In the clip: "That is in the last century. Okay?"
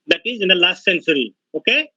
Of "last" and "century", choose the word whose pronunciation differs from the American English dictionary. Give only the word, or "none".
century